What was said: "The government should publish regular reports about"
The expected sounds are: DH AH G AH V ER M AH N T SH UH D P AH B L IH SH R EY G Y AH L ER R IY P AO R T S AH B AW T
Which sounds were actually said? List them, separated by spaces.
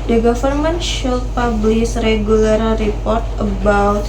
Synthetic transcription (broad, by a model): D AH G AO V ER M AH N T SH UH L P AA B L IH S R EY G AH L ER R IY P AO R T AH B AW T